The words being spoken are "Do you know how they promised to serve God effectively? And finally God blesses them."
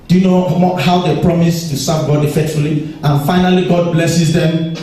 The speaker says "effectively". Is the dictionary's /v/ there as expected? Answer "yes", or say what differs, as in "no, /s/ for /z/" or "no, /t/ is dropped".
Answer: no, /v/ is dropped